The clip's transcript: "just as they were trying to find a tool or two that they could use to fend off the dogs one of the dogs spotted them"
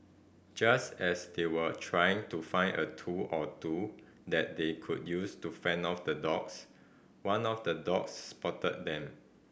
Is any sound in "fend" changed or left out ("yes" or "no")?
yes